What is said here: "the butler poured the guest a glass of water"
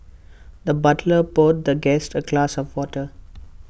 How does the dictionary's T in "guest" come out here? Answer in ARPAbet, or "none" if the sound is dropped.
T